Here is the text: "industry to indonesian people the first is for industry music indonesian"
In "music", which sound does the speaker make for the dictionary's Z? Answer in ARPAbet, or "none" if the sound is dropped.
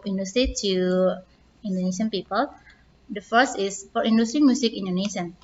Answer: S